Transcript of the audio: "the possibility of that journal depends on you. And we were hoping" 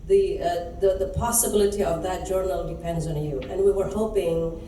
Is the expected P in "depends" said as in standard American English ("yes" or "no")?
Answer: yes